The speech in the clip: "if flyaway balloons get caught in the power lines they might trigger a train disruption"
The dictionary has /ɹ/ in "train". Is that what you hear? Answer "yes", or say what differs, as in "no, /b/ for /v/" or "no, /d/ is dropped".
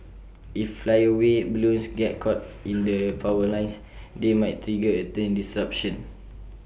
no, /ɹ/ is dropped